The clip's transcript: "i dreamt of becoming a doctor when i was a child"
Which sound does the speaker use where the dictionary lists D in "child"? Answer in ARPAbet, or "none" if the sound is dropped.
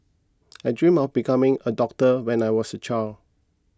none